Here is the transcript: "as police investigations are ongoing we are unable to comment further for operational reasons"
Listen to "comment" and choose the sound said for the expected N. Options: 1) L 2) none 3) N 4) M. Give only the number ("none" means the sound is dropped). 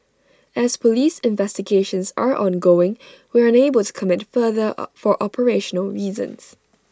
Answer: 2